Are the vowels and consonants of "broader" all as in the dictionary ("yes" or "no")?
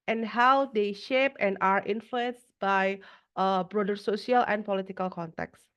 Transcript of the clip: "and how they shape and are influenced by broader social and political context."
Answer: yes